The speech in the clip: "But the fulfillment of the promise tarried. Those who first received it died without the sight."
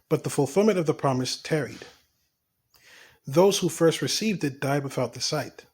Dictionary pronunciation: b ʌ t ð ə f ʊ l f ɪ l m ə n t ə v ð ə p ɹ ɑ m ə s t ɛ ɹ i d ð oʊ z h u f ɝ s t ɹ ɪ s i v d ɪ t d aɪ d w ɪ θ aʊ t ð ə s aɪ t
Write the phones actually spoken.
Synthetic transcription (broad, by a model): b ʌ t ð ə f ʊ l f ɪ l m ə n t ə v ð ə p ɹ ɑ m ə s t ɛ ɹ i d ð oʊ z h u f ɝ s t ɹ ɪ s i v d ɪ t d aɪ d w ɪ θ aʊ t ð ə s aɪ t